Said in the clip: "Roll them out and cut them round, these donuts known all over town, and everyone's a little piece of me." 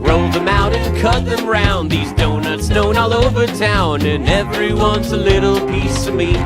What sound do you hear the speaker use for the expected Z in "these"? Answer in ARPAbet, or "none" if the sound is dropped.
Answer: Z